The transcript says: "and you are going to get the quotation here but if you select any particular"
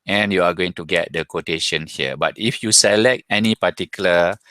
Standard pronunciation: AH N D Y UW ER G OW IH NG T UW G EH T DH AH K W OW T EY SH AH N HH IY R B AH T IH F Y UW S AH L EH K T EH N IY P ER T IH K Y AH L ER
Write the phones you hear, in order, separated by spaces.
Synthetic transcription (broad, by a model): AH N Y UW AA G OW IH NG T UW G EH T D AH K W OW T EY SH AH N HH IY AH B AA T IH F Y UW S AH L EH K T EH N IY P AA T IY K Y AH L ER